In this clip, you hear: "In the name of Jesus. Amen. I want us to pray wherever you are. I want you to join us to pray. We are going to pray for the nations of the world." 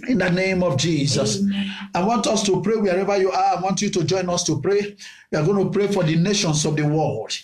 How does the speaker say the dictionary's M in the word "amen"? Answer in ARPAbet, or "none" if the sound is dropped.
none